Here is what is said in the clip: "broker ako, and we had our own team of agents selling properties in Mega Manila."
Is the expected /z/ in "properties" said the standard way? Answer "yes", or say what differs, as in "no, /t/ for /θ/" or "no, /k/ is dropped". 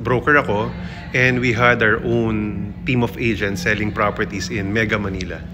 no, /s/ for /z/